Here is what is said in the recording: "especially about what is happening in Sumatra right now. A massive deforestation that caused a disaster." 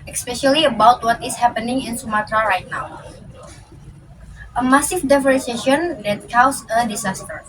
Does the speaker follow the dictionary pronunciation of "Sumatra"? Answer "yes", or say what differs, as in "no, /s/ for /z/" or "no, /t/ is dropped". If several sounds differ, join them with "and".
yes